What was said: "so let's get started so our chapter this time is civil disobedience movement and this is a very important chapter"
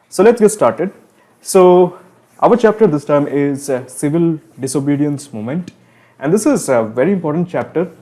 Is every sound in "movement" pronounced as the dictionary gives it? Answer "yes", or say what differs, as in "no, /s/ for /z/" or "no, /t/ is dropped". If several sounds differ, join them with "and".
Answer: no, /v/ is dropped